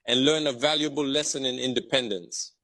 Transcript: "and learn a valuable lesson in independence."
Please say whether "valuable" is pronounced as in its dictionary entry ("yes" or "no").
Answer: yes